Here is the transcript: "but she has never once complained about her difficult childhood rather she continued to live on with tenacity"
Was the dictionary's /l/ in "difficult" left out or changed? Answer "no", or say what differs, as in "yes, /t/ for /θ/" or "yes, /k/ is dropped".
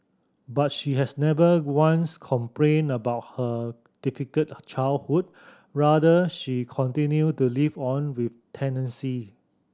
yes, /l/ is dropped